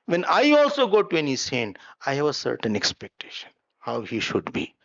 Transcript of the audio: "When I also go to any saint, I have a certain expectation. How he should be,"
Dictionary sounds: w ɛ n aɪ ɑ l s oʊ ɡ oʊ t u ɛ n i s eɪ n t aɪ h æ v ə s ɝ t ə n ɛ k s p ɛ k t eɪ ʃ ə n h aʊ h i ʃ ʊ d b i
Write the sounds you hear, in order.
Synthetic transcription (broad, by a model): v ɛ n aɪ ɑ l s oʊ ɡ oʊ t u ɛ n i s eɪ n aɪ h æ v ə s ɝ t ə n ɛ k s p ɛ k t eɪ ʃ ə n h aʊ h i ʃ ʊ d b i